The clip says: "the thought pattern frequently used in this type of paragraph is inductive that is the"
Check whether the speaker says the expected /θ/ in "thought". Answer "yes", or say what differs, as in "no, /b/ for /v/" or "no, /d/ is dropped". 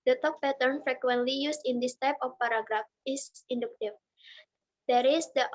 no, /t/ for /θ/